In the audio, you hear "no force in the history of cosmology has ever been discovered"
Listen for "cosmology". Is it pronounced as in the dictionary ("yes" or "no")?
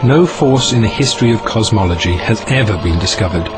yes